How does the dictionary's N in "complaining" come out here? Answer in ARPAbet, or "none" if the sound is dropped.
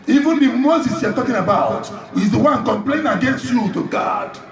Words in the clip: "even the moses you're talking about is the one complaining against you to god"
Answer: none